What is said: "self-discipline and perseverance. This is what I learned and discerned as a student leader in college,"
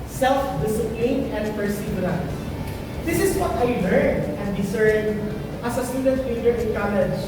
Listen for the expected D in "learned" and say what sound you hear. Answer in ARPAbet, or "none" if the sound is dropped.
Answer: none